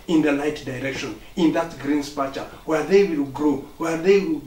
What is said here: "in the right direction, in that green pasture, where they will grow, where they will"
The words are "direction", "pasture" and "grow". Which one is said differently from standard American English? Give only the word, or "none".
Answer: pasture